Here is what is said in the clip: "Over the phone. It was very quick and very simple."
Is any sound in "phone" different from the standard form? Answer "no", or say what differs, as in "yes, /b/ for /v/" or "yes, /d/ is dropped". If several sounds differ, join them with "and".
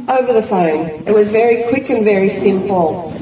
no